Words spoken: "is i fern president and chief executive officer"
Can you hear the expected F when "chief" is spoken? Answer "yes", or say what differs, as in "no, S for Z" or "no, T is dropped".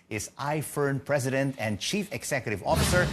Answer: yes